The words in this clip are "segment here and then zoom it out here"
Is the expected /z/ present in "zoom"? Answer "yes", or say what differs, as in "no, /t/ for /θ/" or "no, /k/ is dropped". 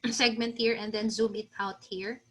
yes